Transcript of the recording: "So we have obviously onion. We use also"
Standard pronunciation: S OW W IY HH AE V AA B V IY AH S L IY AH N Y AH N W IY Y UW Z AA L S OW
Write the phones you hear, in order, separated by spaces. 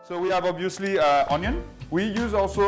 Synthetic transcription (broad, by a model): S OW W IY HH AE V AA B IY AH S L IY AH N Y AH N W IY Y UW Z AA L S OW